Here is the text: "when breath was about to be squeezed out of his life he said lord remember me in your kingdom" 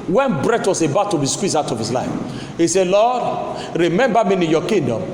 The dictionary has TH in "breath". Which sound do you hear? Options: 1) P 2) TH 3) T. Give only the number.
3